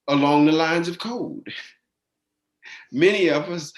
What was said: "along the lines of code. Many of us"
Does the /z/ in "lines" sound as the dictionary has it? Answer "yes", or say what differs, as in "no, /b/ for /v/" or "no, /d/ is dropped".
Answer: yes